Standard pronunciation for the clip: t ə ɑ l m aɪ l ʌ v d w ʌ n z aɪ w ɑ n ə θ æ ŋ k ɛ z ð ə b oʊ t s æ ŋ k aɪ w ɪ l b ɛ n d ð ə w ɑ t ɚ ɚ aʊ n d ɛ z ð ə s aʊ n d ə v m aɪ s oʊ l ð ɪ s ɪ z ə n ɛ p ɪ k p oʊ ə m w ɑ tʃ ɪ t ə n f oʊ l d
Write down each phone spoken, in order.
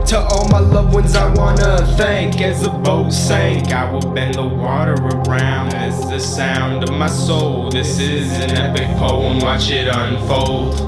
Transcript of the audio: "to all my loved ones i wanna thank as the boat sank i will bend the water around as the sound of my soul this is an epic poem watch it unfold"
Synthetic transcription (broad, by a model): t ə ɑ l m aɪ l ʌ v w ʌ n z aɪ w ɑ n ə θ æ ŋ k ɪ z ð ə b oʊ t s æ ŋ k aɪ w ɪ l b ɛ n ð ə w ɑ t ɚ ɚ aʊ n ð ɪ s ð ə s aʊ n d ə v m aɪ s oʊ l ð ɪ s ɪ z ə n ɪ b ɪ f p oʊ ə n w ɑ tʃ ɪ t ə n f oʊ l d